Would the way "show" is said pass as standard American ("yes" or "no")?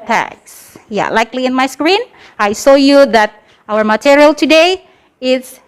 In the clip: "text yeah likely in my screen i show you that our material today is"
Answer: no